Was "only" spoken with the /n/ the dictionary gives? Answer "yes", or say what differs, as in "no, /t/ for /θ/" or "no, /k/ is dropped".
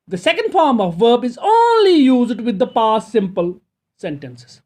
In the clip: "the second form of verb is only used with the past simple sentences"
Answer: yes